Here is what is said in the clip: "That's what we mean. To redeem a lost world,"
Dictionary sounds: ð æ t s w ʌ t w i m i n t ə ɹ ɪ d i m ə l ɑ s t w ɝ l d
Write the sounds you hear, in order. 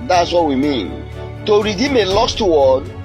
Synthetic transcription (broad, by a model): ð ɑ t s w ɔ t w i m i n t ə ɹ ɪ d i m ə l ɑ s t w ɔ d